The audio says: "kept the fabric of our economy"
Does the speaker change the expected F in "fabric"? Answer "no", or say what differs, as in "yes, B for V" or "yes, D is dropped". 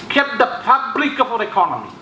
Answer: yes, P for F